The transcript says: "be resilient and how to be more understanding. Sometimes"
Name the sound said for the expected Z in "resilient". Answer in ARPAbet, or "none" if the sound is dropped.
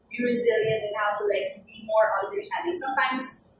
Z